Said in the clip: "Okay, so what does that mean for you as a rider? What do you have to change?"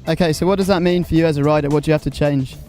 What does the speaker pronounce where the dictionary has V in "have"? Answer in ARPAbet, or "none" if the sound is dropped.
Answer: F